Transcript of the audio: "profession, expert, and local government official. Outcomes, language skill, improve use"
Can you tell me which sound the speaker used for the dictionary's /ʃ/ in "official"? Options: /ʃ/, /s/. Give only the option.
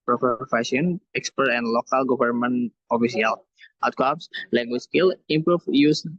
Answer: /s/